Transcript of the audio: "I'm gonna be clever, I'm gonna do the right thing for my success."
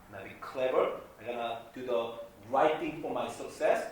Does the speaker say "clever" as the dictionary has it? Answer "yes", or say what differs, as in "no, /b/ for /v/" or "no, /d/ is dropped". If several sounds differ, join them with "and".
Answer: yes